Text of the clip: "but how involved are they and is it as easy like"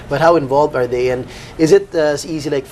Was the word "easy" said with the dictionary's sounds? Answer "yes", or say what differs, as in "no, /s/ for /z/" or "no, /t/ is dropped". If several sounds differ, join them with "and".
yes